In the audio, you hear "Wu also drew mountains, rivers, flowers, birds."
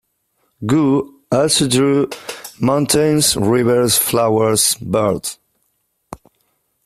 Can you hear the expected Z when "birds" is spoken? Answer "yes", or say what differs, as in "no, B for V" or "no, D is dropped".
no, Z is dropped